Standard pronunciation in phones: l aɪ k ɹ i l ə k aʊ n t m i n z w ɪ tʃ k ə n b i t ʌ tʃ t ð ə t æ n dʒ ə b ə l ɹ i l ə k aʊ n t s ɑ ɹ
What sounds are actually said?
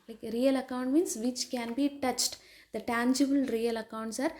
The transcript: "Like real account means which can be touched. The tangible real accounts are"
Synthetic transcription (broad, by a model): l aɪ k ɹ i l ə k aʊ n t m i n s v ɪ tʃ k ə n b i t ʌ tʃ t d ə t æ n dʒ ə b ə l ɹ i l ə k aʊ n t s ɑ ɹ